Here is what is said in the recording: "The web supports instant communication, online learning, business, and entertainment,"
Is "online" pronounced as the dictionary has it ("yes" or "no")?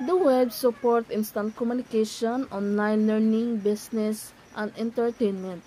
no